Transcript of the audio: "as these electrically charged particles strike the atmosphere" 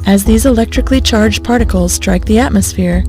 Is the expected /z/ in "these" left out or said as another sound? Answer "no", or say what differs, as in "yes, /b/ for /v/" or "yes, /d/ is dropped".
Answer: no